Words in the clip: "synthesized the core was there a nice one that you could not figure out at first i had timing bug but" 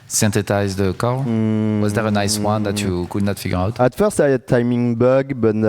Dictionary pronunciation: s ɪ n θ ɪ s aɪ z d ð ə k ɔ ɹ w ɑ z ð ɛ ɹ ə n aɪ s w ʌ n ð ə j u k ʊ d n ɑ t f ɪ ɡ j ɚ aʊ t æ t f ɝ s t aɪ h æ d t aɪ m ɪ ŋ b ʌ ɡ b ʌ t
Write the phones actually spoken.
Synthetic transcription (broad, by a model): s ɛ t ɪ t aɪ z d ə k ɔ l w ɑ z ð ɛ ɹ ə n aɪ s w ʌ n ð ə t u k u d n ɑ t f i ɡ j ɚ aʊ t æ t f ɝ s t aɪ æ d t aɪ m ɪ ŋ b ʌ ɡ b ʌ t